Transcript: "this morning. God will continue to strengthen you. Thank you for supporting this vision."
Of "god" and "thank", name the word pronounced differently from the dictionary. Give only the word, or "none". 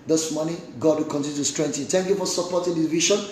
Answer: thank